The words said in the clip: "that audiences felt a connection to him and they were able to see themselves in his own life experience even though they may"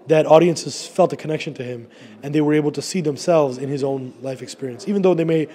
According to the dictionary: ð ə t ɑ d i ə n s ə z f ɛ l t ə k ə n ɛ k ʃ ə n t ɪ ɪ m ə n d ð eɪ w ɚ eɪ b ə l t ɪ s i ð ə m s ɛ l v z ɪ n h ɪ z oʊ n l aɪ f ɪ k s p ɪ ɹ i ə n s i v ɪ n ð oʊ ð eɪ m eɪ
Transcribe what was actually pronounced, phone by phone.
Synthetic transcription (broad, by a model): ð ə t ɑ d i ə n s ə z f ɛ l t ə k ə n ɛ k ʃ ə n t ɪ ɪ m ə n ð eɪ w ɚ eɪ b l t ɪ s i ð ə m s ɛ l v z ɪ n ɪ z oʊ n l aɪ f ɪ k s p ɪ ɹ i ə n s i v ɪ n ð oʊ ð eɪ m eɪ